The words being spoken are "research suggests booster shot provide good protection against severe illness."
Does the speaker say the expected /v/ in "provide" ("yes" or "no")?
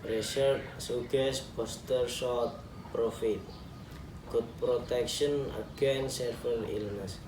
no